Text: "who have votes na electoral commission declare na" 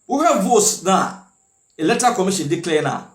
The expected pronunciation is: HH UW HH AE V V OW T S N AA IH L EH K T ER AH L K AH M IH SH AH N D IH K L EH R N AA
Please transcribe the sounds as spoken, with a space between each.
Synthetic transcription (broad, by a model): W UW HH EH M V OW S N AA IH L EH T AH K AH M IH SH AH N D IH K L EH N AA